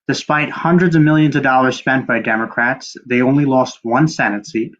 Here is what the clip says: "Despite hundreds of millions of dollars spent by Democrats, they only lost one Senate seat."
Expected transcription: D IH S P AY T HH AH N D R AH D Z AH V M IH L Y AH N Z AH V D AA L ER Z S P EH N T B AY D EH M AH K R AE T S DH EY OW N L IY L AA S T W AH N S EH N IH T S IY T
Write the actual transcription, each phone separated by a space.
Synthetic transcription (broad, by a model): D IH S P AY T HH AH N D R AH D Z AH V M IH L Y AH N Z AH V D AA L ER Z S P EH N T B AY D EH M AH K R AE T S DH EY OW N L IY L AA S T W AH N S EH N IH T S IY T